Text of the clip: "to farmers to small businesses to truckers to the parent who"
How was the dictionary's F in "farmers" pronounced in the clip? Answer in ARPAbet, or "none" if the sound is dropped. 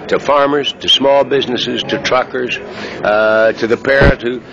F